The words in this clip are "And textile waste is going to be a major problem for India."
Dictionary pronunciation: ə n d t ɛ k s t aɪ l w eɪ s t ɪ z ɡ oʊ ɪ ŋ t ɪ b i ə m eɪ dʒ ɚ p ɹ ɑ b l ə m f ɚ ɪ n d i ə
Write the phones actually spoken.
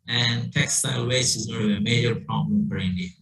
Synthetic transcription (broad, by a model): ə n t ɛ k s t aɪ l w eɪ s ɪ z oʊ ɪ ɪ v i ə m eɪ dʒ ɚ p ɹ ɑ b l ə m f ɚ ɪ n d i